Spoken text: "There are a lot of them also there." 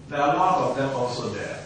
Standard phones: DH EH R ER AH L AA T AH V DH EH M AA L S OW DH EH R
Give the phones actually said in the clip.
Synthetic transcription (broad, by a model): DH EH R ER AH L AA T AH V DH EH M AA L S OW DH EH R